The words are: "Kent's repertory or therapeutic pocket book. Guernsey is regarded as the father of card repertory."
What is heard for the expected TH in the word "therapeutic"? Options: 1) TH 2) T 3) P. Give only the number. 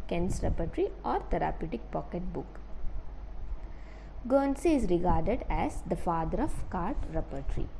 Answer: 2